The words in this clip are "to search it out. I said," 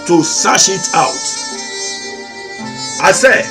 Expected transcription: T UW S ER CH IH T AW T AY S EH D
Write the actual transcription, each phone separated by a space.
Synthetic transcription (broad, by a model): T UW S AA SH IH T AW T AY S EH